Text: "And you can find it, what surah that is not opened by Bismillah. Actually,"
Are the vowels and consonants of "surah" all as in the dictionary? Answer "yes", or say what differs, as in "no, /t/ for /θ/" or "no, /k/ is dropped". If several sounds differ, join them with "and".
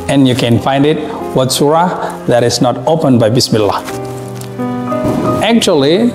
yes